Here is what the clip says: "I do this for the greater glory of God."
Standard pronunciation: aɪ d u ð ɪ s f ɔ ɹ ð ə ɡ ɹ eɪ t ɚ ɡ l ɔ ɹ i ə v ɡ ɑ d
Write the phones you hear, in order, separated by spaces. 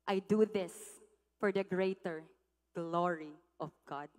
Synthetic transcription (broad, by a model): aɪ d u ð ɪ s f ɔ ɹ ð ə ɡ ɹ eɪ t ɚ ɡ l ɔ ɹ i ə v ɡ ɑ d